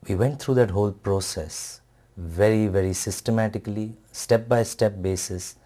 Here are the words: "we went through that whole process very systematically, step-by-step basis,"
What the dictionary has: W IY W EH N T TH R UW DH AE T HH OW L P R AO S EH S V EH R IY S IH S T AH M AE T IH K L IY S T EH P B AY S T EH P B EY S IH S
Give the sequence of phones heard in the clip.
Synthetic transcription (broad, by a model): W IY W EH N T T R UW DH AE T HH OW L P R AO S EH S V EH R IY S IH S T AH M AE T IH K L IY S T EH P B AY S T EH P B EY S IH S